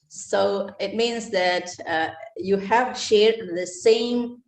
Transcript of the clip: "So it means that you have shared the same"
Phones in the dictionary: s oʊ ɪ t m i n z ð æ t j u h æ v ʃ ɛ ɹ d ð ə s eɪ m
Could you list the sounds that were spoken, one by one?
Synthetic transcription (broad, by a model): s oʊ ɪ t m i n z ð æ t j u h æ v ʃ ɛ ɹ d ð ə s eɪ m